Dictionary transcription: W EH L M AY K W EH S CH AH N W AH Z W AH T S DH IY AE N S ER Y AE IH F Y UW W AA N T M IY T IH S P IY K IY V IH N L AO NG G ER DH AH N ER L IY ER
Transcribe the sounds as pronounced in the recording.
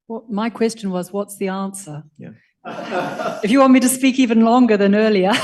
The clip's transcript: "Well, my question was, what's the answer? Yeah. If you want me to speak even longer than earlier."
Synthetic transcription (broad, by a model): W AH M AY K W EH S CH AH N W AH Z W AH T S DH IY AE N S ER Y IH F Y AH W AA N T M IY T IH S P IY K IY V IH N L AO NG G ER DH AH N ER L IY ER